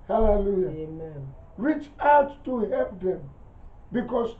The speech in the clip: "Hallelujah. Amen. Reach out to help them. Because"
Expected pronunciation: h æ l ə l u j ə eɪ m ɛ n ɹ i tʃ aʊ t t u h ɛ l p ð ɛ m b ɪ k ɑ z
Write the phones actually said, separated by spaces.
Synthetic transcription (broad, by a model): h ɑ l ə l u j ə eɪ m ɛ n ɹ i tʃ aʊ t t u h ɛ p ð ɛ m b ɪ k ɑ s